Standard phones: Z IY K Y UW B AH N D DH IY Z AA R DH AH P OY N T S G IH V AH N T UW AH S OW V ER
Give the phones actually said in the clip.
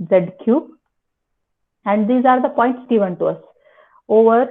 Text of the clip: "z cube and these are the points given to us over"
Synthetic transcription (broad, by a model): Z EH K Y UW AH N D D IY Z AA R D AH P OY N T S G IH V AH N T UW AH S OW V ER